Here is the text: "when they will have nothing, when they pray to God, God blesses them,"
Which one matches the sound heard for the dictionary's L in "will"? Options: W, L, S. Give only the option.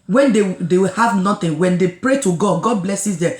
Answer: W